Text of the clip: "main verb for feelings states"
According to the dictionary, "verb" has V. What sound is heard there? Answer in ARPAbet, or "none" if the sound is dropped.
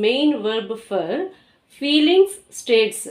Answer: V